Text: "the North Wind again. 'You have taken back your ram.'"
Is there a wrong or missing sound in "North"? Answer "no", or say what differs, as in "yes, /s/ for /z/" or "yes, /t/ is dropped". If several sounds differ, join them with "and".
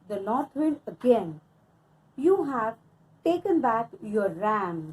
yes, /l/ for /n/